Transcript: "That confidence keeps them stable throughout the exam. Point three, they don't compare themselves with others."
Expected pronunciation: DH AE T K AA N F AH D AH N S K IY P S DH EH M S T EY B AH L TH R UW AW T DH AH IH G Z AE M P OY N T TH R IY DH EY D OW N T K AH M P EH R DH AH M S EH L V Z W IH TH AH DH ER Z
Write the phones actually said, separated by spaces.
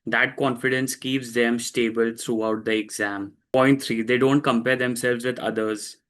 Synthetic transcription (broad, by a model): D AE T K AA N F AH D AH N S K IY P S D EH M S T EY B AH L T R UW AW T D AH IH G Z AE M P OY N T T R IY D EY D OW N T K AH M P EH R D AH M S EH L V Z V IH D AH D ER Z